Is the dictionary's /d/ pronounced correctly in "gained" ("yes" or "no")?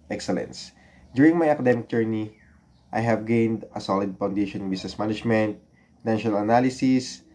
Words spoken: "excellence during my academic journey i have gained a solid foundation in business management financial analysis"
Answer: yes